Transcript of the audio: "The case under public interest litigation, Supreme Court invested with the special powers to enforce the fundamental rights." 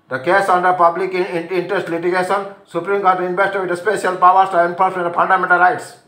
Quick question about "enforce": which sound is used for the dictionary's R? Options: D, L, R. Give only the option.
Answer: L